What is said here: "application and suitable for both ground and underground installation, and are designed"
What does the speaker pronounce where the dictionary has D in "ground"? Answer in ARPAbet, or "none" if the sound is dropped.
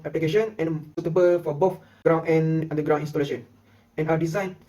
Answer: none